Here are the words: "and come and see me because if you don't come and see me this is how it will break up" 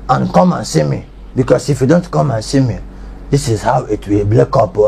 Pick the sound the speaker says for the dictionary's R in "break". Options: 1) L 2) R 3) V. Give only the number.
1